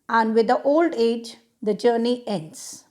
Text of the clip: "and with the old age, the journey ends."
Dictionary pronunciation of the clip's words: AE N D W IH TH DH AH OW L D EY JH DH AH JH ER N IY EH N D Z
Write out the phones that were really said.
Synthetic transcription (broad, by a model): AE N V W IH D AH OW L D EY JH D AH JH ER N IY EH N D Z